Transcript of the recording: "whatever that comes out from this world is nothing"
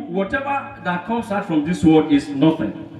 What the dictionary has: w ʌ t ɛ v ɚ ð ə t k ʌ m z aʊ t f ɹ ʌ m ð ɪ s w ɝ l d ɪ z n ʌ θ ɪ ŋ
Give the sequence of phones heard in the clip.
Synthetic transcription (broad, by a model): w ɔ t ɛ v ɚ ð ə t k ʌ m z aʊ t f ɹ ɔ m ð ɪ s w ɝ d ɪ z n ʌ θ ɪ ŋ